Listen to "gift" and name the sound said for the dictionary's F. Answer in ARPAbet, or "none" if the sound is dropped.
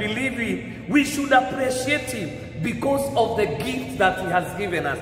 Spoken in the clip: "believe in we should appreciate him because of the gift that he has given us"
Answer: F